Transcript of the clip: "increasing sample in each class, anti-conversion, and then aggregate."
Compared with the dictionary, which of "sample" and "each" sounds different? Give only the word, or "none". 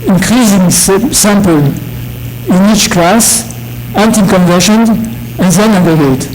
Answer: none